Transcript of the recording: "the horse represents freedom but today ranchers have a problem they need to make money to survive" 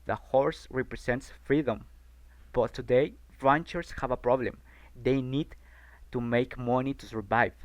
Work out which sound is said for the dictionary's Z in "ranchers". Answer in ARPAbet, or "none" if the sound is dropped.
S